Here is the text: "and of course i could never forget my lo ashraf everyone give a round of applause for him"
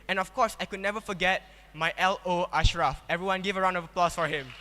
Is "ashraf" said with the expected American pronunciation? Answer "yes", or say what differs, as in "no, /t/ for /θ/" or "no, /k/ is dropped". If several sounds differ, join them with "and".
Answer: yes